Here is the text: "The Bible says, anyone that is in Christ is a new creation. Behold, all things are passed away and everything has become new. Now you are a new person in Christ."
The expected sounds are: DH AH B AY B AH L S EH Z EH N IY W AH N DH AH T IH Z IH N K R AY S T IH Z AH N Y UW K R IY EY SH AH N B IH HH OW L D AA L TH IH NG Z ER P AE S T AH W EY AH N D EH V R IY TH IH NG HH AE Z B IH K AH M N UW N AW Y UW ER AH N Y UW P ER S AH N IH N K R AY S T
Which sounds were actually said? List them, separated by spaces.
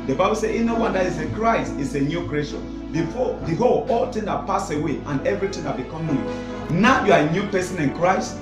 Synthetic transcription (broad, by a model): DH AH B AY B AH L S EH EH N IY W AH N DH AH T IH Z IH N K R AY S T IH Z AH N Y UW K R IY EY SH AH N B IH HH OW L AA L T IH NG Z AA P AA S AH W EY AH N EH V R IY T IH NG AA B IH K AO M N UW N AW Y UW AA AH N Y UW P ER S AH N IH N K R AY S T